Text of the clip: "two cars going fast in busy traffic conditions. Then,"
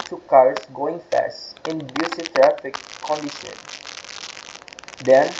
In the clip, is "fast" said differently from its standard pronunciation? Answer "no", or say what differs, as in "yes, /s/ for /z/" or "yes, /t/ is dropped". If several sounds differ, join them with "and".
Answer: no